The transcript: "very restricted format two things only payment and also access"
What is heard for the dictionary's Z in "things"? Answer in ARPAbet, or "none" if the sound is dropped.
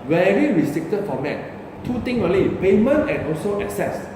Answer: none